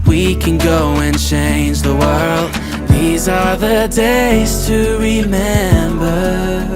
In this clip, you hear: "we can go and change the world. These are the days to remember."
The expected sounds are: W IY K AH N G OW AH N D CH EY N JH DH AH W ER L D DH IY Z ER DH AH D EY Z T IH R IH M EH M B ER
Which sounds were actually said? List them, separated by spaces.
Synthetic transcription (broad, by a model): W IY K AH N G OW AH N CH EY N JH DH AH W ER L D DH IY Z ER DH AH D EY Z T IH R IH M EH M B ER